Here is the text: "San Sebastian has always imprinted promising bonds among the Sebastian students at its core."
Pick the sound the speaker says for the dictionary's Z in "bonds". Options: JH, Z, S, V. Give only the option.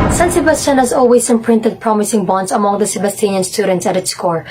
S